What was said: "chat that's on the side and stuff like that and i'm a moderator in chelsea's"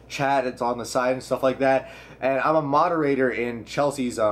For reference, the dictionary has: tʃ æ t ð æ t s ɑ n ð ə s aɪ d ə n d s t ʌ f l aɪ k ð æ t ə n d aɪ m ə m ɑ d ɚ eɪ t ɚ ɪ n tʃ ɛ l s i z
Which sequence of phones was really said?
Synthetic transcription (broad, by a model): tʃ æ t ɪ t s n ð ə s aɪ ə n s t ʌ f l aɪ k ð æ t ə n aɪ m ə m ɑ d ɚ eɪ t ɚ ɪ n tʃ ɛ l s i z